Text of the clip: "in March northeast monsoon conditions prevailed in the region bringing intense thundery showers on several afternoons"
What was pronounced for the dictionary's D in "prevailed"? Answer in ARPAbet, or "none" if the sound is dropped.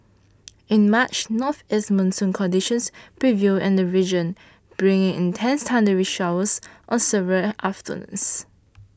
none